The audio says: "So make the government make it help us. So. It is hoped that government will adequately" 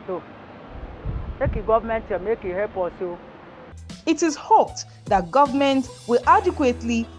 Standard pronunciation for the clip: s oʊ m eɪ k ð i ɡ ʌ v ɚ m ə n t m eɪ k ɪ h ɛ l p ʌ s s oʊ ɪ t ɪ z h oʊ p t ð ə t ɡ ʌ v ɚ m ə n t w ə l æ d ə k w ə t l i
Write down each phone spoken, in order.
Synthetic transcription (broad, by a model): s oʊ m eɪ k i ɡ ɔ v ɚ m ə n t m eɪ k ɪ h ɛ p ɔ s s oʊ ɪ t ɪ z h oʊ p t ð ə t ɡ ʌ v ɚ m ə n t w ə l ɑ d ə k w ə t l i